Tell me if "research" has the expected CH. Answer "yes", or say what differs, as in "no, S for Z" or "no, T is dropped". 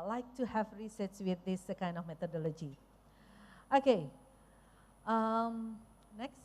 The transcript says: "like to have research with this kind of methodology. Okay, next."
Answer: no, S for CH